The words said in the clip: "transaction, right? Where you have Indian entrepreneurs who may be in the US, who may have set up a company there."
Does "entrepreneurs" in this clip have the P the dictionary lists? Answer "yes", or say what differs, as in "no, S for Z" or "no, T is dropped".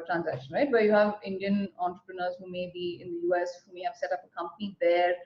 yes